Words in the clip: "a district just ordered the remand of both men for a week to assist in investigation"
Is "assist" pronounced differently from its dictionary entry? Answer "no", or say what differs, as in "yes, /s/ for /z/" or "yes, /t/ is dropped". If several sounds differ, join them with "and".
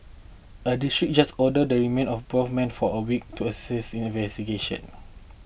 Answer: yes, /t/ is dropped